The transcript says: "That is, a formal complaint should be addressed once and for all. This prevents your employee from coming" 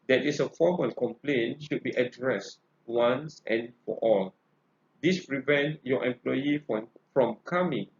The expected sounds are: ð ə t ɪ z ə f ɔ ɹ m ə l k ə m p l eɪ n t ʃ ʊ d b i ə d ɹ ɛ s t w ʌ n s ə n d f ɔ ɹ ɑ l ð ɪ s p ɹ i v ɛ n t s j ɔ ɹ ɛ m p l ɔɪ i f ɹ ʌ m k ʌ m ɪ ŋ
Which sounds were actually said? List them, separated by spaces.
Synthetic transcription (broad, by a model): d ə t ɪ s ə f ɔ m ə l k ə m p l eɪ n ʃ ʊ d b i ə d ɹ ɛ s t w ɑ n s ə n f ɔ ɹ ɑ l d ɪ s p ɹ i v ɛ n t j ɔ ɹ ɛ m p l ɔɪ i f ɹ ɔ m k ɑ m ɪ ŋ